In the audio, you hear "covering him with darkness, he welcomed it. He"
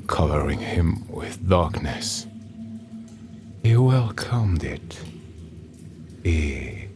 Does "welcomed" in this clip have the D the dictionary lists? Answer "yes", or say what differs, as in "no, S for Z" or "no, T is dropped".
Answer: yes